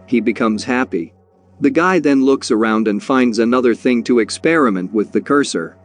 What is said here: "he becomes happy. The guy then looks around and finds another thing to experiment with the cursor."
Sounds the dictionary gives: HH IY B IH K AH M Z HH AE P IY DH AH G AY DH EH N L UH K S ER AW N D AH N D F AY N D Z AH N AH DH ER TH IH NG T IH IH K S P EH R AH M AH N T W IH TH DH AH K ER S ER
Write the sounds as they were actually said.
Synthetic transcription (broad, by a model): HH IY B IH K AH M Z HH AE P IY DH AH G AY DH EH N L UH K S ER AW N D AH N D F AY N D Z AH N AH DH ER TH IH NG T IH IH K S P EH R AH M AH N T W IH DH AH K ER S ER